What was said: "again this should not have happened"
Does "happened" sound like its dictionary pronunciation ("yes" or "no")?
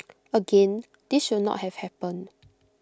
no